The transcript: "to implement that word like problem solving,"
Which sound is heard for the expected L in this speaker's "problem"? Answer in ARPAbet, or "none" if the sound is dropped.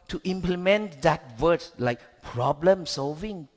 L